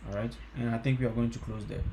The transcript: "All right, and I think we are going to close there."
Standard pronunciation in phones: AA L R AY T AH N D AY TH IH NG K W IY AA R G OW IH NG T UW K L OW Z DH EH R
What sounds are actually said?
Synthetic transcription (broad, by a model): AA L R AY T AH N AY T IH NG K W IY AA R G OW IH NG T UW K L OW Z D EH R